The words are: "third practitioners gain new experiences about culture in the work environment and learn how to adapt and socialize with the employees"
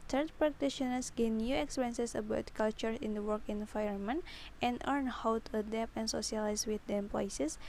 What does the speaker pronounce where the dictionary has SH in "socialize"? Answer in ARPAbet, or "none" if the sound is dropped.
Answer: S